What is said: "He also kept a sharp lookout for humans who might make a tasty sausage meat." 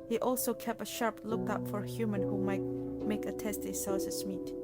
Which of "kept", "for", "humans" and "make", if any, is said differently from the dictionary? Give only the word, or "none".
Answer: humans